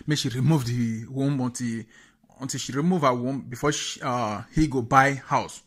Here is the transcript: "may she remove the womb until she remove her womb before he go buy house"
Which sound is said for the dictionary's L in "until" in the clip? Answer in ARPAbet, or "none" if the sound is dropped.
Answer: N